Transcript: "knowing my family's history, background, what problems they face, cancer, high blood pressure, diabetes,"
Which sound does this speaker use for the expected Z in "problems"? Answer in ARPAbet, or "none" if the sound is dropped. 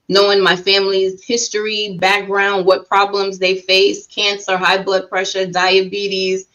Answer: Z